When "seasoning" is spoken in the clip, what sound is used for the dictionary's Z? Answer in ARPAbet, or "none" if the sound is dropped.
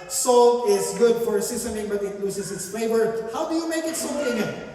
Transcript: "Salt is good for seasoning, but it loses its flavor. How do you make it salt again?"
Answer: S